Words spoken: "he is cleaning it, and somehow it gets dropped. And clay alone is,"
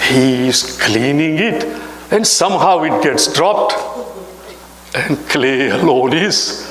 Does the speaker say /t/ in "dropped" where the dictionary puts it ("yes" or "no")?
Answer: yes